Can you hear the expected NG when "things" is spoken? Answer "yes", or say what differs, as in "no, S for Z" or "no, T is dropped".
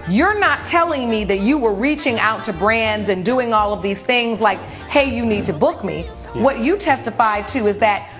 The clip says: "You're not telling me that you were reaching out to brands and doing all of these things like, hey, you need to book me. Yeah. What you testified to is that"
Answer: yes